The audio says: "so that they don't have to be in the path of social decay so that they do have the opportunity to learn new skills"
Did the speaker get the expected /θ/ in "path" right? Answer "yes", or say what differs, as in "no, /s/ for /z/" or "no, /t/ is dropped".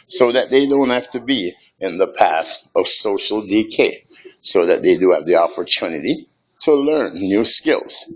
yes